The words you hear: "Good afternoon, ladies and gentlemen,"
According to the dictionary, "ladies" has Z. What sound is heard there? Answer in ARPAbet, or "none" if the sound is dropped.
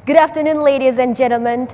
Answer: Z